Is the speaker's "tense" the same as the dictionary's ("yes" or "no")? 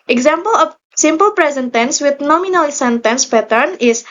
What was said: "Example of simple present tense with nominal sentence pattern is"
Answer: yes